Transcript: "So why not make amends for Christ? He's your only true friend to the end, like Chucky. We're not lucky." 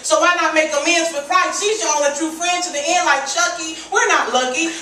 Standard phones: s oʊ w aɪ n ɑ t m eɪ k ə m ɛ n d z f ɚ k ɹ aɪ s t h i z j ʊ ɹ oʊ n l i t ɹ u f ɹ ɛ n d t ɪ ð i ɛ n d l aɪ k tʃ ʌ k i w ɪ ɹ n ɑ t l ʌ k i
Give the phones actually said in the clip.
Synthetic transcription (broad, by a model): s oʊ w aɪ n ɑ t m eɪ k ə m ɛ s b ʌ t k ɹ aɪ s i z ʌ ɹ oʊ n i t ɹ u f ɹ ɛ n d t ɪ ð i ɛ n l aɪ k tʃ ʌ k i w ɪ ɹ n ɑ t l ʌ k i